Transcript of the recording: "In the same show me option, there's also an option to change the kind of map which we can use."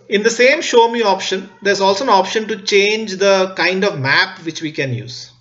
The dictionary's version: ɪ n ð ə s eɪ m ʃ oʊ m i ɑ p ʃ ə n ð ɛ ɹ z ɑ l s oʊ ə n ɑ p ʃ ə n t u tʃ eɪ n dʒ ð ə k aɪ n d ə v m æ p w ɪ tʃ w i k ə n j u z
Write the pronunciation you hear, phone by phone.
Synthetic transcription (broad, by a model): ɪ n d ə s eɪ m ʃ oʊ m i ɑ p ʃ ə n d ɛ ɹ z ɑ l s oʊ ə n ɑ p ʃ ə n t u tʃ eɪ n dʒ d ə k aɪ n d ə v m æ p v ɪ tʃ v i k ə n j u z